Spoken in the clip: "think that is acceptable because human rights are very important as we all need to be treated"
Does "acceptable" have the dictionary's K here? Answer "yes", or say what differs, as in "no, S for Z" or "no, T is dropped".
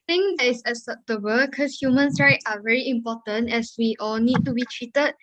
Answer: no, K is dropped